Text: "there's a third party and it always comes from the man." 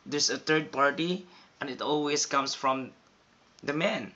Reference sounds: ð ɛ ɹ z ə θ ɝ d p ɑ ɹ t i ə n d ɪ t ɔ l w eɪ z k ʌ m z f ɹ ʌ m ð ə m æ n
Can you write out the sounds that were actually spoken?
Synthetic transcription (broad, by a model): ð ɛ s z ə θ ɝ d p ɑ ɹ t i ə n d ɪ t ɔ l w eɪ s k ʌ m s f ɹ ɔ m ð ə m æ n